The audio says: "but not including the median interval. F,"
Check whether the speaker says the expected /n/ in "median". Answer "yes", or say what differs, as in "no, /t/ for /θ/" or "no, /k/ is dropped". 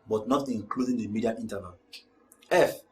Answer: no, /n/ is dropped